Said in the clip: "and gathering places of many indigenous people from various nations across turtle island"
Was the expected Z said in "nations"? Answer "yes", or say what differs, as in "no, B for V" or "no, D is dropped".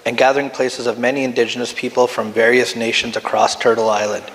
yes